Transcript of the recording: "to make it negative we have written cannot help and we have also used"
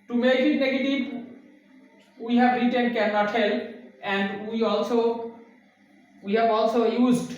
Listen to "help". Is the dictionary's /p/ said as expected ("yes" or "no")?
no